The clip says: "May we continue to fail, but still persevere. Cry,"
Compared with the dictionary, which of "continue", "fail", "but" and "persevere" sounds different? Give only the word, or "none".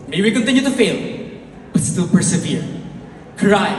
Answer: none